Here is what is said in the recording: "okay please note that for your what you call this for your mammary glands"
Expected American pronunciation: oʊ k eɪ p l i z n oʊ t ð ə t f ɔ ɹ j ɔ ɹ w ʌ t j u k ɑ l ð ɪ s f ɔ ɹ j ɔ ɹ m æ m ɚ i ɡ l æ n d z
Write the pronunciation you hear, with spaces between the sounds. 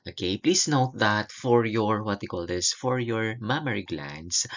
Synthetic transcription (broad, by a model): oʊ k eɪ p l i s n oʊ t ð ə t f ɔ ɹ j ɔ ɹ w ʌ t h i k ɑ l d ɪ s f ɔ ɹ j ɔ ɹ m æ m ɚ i ɡ l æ n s